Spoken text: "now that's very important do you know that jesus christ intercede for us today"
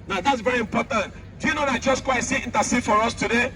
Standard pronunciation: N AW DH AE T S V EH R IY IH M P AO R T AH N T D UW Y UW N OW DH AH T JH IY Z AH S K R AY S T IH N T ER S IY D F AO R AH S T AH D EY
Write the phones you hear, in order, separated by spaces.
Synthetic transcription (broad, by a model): N AW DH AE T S V EH R IY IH M P AO T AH N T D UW Y UW N OW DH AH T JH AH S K W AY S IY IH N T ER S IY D F AO R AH S T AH D EY